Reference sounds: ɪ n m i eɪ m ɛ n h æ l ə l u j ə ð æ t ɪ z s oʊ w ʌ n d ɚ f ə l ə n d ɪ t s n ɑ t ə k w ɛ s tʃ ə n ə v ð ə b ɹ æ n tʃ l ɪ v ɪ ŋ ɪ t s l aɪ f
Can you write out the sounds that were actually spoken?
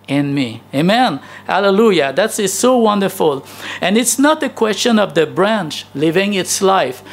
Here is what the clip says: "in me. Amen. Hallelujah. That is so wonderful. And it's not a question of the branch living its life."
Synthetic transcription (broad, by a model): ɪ n m i eɪ m ɛ n h æ l ə l u j ə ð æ t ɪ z s oʊ w ʌ n d ɚ f ə l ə n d ɪ t s n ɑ t ə k w ɛ s tʃ ə n ə v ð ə b ɹ æ n tʃ l ɪ v ɪ ŋ ɪ t s l aɪ f